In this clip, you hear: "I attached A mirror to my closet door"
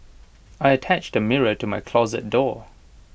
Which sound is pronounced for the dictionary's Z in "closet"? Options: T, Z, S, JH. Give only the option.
Z